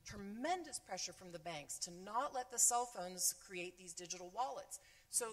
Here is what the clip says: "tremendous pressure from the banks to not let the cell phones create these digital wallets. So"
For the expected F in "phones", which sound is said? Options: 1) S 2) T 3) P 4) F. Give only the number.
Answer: 4